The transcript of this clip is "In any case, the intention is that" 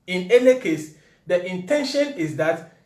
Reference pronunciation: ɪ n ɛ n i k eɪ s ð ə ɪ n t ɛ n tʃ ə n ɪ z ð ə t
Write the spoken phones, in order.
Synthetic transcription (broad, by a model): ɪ n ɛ l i k eɪ s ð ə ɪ n t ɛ n ʃ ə n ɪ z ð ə t